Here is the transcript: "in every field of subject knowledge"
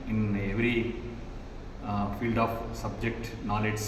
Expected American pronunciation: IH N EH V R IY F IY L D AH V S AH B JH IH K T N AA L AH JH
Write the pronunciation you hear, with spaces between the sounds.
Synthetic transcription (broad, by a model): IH N EH V R IY F IY L D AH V S AH B JH IH K T N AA L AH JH